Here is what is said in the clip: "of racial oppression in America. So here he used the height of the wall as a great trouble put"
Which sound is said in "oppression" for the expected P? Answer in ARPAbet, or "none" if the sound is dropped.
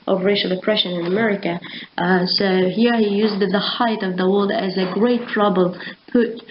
P